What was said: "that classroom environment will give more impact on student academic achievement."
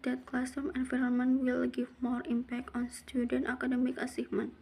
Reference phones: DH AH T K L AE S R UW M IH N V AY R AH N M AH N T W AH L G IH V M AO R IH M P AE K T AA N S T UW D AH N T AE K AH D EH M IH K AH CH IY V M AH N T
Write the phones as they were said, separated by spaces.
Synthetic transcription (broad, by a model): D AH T K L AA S UW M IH N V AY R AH N M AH N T W AH L G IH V M AO R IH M P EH K T AA N S T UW D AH N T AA K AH D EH M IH K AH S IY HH M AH N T